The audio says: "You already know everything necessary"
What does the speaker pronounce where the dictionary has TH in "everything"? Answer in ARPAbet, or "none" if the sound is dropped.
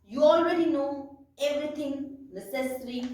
T